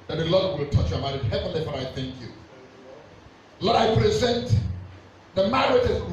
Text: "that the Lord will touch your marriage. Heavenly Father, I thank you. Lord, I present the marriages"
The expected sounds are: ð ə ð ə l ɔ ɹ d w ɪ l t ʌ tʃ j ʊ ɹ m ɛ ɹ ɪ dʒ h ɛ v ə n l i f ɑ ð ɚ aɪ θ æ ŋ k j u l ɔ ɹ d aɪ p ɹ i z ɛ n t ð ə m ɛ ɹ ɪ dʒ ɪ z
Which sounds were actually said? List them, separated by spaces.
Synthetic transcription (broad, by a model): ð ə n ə l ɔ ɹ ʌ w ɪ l t ʌ tʃ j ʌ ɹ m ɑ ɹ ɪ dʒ h ɛ v ə n l i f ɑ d aɪ θ æ ŋ k j u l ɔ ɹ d aɪ p ɹ i z ɛ n t ð ə m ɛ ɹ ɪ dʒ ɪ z